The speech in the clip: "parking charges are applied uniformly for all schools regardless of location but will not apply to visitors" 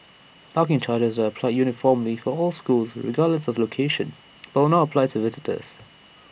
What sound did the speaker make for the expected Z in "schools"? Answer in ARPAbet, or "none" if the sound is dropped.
Z